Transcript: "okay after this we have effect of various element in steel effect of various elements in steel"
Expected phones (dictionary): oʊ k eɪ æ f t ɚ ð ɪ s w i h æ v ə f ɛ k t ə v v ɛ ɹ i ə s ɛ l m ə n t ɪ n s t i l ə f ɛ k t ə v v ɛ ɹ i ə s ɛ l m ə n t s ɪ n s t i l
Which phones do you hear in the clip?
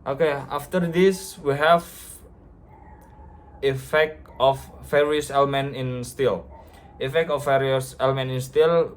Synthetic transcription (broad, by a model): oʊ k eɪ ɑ f t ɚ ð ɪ s w i h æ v ə f ɛ k t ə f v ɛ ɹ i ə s ɛ l m ə n t ɪ n s t i l ə f ɛ k t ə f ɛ ɹ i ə s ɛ l m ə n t ɪ n s t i l